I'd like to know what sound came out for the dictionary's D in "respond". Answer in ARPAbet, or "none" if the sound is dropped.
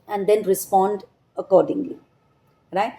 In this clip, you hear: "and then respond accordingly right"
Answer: D